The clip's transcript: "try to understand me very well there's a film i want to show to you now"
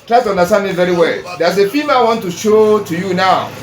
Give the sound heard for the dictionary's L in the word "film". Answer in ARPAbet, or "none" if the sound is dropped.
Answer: none